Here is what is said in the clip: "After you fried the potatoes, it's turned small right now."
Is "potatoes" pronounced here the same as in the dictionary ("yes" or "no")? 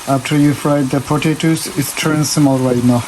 no